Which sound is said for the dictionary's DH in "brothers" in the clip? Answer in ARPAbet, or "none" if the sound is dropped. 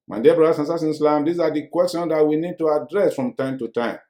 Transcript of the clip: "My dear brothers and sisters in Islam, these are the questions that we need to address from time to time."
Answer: none